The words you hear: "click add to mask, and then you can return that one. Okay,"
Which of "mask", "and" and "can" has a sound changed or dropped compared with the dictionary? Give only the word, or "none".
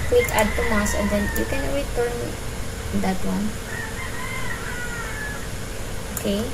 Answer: mask